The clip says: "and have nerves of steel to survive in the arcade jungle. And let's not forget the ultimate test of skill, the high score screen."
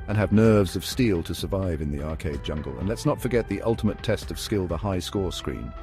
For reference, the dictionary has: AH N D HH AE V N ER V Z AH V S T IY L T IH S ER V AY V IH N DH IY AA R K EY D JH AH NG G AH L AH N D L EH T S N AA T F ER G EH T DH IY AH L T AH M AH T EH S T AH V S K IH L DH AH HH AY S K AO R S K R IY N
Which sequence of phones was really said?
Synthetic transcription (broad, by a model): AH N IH V N ER V Z AH V S T IY L T IH S ER V AY V IH N DH IY AA R K EY D JH AH NG G AH L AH N L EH T S N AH T F ER G EH T DH IY AH L T AH M AH T EH S T AH V S K IH L DH AH HH AY S K AO R S K R IY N